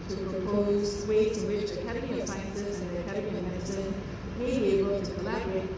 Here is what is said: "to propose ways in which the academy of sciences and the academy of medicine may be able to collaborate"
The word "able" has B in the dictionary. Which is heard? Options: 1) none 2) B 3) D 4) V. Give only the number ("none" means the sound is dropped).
1